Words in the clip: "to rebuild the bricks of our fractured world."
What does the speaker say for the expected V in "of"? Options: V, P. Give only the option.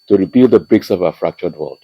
V